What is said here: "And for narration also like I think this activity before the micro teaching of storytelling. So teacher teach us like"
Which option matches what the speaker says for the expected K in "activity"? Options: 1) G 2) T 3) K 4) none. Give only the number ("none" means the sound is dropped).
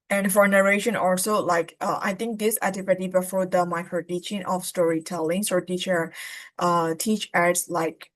4